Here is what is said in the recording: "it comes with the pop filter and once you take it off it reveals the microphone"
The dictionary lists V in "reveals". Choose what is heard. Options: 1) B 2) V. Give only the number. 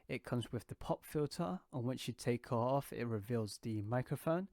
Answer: 2